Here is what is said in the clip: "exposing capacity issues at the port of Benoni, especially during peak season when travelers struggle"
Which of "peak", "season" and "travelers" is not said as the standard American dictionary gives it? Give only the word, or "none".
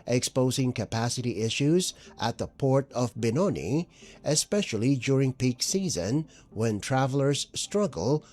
none